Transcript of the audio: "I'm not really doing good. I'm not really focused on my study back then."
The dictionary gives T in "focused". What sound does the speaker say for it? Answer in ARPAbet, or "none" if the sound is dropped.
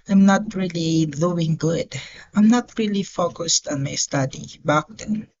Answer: T